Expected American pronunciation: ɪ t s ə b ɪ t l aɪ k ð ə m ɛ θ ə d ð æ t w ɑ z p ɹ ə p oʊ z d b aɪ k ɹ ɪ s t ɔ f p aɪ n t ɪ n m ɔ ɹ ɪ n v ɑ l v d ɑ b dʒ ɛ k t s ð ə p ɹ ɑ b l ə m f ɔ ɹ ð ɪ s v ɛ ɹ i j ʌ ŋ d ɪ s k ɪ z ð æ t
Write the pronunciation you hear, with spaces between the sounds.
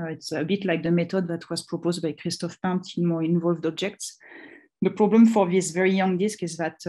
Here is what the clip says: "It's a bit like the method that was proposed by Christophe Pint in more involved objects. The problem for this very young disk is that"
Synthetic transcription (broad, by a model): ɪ t s ə b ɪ t l aɪ k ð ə m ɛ t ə d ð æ t w ɑ z p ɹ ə p oʊ z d b aɪ k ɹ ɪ s t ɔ f p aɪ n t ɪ m ɔ ɹ ɪ n v ɑ l v d ɑ b dʒ ɛ k t s ð ə p ɹ ɑ b l ə m f ɔ ɹ ð ɪ s v ɛ ɹ i j ʌ ŋ d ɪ s k ɪ z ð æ t